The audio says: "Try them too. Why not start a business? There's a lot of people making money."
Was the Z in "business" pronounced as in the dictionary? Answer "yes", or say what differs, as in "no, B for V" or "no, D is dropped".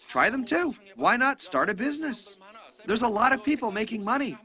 yes